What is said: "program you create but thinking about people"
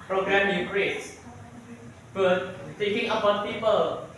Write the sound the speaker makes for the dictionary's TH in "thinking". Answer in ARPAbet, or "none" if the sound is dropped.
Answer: T